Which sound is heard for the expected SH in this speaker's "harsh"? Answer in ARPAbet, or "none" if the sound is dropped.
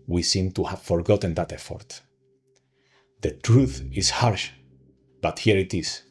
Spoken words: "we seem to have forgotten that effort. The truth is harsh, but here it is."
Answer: SH